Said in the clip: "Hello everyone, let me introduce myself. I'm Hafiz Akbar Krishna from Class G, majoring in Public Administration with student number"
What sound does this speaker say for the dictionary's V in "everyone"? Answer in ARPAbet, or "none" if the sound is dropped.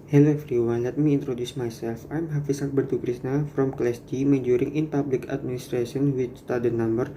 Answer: F